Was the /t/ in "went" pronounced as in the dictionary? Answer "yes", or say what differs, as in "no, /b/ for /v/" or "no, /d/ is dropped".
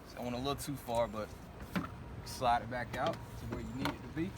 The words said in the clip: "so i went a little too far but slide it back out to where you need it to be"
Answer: no, /t/ is dropped